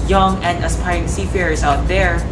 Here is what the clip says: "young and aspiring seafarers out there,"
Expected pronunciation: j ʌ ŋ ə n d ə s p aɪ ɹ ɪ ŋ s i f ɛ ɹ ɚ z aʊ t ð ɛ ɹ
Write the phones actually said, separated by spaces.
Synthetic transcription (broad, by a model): j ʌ ŋ ə n d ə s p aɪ ɪ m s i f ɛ ɹ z aʊ t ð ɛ ɹ